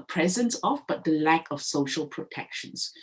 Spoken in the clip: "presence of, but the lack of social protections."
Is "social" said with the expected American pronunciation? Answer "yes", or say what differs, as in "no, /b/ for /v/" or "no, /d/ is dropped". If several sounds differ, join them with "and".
yes